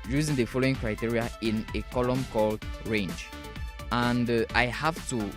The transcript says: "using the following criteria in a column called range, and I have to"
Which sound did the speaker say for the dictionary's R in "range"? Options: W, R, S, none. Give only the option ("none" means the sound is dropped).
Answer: R